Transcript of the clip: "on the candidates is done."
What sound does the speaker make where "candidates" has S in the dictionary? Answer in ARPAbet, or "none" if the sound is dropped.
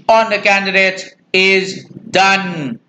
none